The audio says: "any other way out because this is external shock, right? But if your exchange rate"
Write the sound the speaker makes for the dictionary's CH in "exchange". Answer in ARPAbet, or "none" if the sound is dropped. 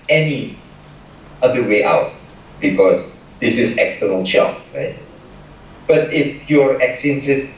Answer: none